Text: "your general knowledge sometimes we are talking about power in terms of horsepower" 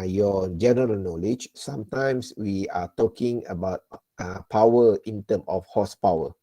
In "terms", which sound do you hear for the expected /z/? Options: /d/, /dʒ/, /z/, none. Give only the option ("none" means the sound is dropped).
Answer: none